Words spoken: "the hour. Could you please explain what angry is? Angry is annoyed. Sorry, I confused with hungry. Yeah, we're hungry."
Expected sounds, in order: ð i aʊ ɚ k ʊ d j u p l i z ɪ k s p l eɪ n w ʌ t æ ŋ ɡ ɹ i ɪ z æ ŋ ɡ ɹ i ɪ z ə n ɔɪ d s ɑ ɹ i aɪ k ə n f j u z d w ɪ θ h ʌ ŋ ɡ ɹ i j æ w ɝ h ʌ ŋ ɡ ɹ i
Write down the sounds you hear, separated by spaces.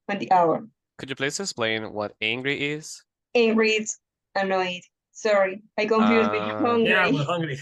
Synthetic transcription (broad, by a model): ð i aʊ ɚ k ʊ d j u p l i s ɪ k s p l eɪ n w ʌ t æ ŋ ɡ ɹ i ɪ z æ ŋ ɡ ɹ i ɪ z ə n ɔɪ d s ɑ ɹ i aɪ k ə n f j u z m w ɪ h ʌ ŋ ɡ ɹ i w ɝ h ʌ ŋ ɡ ɹ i